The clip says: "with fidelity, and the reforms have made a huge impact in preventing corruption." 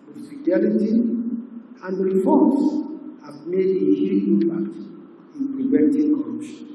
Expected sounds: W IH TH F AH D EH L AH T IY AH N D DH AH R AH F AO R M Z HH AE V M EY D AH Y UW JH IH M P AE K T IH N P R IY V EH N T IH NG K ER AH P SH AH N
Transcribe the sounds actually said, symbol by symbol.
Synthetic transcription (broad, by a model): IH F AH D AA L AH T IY AH N D R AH F AO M S HH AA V M EY D AH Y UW IH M P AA K T IH N P R IY V EH N T IH NG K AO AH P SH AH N